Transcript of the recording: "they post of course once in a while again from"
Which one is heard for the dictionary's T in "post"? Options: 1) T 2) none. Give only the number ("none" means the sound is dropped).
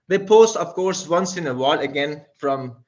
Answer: 2